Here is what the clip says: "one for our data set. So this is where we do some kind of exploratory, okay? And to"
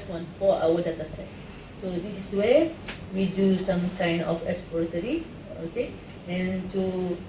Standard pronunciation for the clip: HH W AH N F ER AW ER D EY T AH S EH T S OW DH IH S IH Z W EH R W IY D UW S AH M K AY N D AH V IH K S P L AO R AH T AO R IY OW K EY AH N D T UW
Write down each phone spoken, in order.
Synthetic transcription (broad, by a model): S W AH N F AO AW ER D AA T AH S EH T S OW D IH S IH S W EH W IY D UW S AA M K AY N D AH F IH K S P AO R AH T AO R IY OW K EY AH N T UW